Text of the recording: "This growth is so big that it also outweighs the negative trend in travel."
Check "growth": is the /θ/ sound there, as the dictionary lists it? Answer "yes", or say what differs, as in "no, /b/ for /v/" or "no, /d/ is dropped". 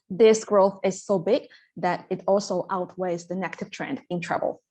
yes